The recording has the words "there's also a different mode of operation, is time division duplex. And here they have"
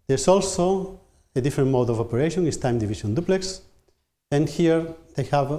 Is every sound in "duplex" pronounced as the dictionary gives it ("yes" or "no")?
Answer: yes